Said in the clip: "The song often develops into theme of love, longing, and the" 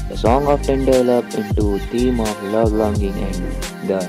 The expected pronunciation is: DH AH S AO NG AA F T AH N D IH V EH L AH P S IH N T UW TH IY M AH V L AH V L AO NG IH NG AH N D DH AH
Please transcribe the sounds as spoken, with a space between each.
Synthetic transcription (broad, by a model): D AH S AO NG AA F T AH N D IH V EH L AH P IH N T UW T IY M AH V L AH V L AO NG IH NG AH N D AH